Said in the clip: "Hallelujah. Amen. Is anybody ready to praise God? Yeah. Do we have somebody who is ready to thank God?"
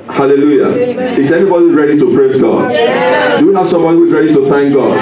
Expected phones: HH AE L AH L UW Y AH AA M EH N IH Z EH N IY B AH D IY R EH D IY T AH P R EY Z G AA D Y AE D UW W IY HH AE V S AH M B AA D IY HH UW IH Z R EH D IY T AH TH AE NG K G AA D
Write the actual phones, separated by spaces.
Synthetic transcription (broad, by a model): HH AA L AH L UW Y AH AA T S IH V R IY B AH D IY R EH D IY T AH P R EY Z G AA D D UW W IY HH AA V S AH M B AA D IY HH UW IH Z R EH D IY T AH TH AE NG K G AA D